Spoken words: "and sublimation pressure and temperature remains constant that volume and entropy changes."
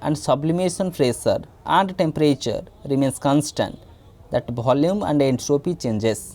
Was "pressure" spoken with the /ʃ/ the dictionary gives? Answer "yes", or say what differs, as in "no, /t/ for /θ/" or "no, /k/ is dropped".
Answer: no, /s/ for /ʃ/